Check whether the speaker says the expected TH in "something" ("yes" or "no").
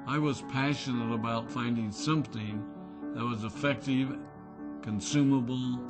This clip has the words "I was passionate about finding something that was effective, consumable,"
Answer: yes